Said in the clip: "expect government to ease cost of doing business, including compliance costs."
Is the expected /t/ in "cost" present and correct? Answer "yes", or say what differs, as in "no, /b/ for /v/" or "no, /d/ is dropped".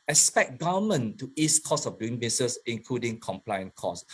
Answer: no, /t/ is dropped